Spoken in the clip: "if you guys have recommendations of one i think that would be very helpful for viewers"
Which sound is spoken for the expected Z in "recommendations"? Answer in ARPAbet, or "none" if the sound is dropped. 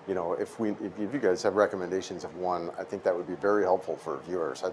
Z